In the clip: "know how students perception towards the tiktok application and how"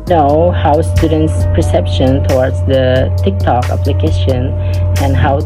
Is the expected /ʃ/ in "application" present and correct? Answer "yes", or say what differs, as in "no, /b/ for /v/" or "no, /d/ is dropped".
yes